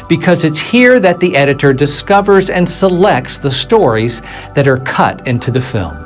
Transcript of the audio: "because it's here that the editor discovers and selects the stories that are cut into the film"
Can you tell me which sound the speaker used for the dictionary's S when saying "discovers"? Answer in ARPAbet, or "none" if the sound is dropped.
S